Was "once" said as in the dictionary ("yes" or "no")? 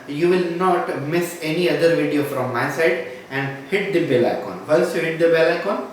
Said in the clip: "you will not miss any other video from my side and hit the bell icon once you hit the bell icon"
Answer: no